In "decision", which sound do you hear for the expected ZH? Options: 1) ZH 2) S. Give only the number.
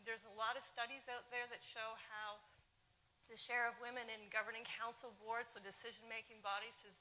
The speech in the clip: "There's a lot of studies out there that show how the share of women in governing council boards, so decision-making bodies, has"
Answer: 1